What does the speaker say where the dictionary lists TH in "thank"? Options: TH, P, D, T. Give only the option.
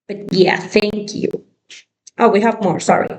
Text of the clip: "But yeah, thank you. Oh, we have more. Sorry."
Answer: TH